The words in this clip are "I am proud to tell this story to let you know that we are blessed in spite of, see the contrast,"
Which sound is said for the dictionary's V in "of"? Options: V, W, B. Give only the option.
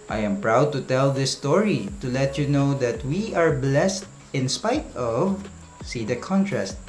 V